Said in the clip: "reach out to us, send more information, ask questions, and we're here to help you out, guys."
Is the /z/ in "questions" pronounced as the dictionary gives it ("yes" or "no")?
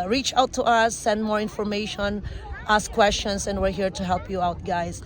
no